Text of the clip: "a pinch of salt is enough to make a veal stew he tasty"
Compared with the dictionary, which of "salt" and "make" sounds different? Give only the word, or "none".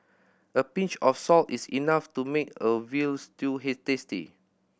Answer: none